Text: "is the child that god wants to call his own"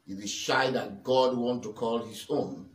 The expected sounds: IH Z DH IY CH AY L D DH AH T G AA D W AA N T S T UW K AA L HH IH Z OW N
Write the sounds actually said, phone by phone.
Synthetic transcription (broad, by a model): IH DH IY SH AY D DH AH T G AA D W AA N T T UW K AA L HH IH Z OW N